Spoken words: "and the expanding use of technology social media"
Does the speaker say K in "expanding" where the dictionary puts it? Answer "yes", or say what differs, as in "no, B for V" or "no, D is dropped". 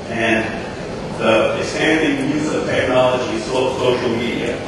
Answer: no, K is dropped